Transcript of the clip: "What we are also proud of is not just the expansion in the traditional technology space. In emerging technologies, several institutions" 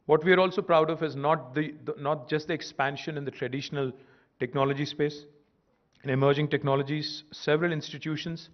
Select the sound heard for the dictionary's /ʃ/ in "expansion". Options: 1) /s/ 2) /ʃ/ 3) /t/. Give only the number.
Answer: 2